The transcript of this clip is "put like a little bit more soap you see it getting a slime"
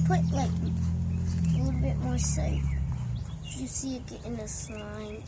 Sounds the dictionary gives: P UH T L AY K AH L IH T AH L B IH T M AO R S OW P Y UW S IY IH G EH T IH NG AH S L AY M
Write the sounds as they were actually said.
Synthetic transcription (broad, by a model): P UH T L AY K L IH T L B IH T M AO R S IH F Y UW S IY IH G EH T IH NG AH S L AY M